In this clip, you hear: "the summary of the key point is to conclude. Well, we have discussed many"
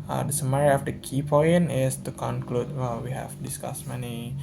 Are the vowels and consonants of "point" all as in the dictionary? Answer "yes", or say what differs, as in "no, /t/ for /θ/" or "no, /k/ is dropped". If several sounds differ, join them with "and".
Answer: no, /t/ is dropped